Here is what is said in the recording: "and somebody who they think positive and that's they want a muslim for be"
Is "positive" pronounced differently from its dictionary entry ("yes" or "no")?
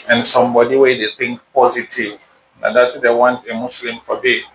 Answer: no